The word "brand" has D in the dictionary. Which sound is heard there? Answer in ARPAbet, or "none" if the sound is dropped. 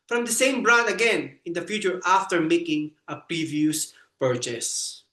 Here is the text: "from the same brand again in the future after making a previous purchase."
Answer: none